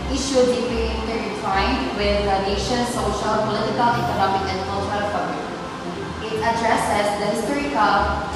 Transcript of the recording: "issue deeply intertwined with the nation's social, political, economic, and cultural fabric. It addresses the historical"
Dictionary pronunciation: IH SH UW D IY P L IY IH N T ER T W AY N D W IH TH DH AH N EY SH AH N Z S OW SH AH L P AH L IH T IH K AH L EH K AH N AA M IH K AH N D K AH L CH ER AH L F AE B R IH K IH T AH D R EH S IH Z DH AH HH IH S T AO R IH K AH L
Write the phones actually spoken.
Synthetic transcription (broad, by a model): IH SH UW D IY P IY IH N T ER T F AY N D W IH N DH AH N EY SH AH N S OW SH AH L P AH L IH T IH K AH L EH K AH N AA M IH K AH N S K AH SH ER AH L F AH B IH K IH T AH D R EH S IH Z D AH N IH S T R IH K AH